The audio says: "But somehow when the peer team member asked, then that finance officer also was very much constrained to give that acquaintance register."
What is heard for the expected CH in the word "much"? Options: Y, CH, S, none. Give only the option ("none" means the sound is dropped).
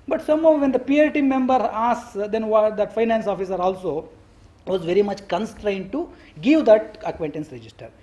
CH